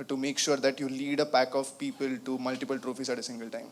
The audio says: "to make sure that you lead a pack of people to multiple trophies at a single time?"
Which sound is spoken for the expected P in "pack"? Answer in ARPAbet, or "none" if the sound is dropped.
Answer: P